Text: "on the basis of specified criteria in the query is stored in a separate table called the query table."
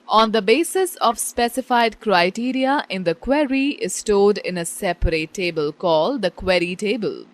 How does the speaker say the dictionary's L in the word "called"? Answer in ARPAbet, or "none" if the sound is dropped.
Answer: L